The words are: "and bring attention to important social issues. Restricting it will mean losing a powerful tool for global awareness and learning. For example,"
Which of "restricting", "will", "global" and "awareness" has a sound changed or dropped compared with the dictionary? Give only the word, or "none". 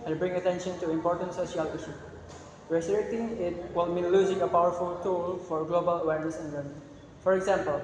restricting